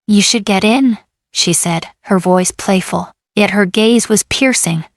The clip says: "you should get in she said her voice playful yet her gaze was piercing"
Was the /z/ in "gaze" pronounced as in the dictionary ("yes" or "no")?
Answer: yes